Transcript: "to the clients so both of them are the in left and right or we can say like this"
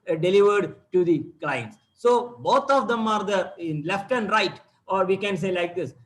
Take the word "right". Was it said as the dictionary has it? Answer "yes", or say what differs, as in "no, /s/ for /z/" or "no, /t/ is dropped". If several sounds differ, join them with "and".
yes